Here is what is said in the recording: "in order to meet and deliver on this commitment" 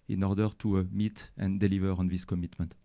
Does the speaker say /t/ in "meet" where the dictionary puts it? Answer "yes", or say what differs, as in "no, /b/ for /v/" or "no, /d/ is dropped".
yes